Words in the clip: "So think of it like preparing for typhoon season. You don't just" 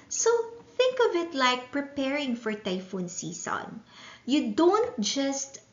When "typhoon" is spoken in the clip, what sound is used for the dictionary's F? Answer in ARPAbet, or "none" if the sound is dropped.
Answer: F